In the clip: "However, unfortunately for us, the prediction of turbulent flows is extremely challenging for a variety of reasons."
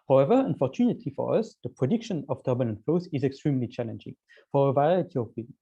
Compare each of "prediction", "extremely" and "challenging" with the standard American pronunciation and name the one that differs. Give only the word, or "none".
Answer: none